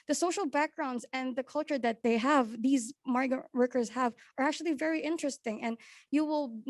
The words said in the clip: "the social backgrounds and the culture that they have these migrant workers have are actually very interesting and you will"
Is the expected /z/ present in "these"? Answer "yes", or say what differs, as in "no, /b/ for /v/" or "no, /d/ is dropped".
yes